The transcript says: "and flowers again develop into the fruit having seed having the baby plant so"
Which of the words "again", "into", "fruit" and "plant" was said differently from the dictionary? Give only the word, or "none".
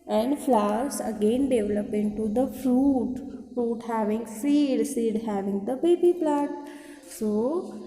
plant